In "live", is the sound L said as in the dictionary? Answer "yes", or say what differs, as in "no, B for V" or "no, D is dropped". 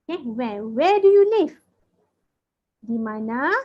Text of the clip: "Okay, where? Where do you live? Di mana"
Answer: no, N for L